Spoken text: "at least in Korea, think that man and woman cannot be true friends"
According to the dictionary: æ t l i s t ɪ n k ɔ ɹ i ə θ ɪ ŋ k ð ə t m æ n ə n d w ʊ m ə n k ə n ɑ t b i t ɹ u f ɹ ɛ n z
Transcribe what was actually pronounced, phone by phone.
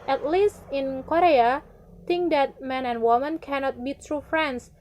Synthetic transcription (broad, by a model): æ t l i s t ɪ n k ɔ ɹ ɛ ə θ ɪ ŋ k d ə t m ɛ n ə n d w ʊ m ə n k ə n ɑ t b i t ɹ u f ɹ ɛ n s